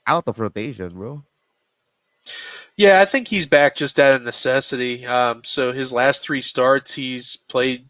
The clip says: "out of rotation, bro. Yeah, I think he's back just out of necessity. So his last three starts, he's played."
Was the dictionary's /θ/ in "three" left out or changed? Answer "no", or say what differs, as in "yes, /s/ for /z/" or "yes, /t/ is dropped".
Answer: no